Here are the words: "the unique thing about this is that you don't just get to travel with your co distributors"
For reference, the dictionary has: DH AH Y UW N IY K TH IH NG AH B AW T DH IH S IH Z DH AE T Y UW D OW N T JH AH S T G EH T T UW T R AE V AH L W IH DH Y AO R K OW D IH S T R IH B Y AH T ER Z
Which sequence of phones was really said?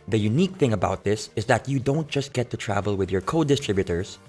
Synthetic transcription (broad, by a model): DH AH Y UW N IY K TH IH NG AH B AW T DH IH S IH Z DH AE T Y UW D OW N T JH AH S T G EH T T UW T R AE V AH L W IH DH Y AO R K OW D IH S T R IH B Y T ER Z